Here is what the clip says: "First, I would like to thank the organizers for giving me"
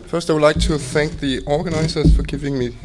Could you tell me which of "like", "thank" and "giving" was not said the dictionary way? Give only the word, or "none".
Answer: none